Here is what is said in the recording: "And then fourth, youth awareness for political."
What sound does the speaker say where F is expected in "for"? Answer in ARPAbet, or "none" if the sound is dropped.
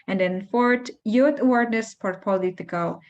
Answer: P